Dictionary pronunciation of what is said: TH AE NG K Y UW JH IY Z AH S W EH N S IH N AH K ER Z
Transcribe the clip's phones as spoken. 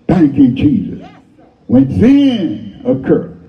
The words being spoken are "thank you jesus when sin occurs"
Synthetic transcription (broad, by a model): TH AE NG K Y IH JH IY Z AH S W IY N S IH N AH K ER